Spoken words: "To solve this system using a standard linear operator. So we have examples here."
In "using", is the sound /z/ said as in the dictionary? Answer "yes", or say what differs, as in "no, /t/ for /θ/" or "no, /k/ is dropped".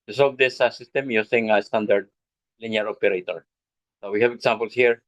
no, /s/ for /z/